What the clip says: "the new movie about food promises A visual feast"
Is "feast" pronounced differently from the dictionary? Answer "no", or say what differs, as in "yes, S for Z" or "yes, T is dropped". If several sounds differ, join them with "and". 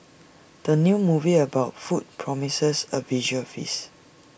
yes, T is dropped